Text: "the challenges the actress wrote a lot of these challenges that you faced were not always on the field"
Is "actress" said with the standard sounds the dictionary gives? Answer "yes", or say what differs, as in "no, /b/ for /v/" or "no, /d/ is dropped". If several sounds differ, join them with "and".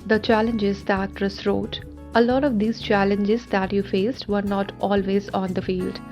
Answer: no, /k/ is dropped